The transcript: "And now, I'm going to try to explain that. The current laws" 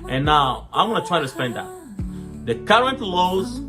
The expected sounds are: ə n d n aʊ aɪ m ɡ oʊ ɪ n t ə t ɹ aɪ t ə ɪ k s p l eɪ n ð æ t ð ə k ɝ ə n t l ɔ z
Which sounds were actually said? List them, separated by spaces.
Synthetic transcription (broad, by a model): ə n n aʊ aɪ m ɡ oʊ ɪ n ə t ɹ aɪ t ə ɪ s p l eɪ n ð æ t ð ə k ɝ ə n t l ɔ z